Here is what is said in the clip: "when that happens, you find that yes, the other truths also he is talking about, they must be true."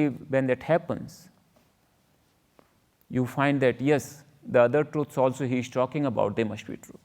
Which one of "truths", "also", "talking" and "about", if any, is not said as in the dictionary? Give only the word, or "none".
truths